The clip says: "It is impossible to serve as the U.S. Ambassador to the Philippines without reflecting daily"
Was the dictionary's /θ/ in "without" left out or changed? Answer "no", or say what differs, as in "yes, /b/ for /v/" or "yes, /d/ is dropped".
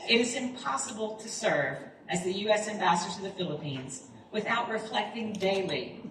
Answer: no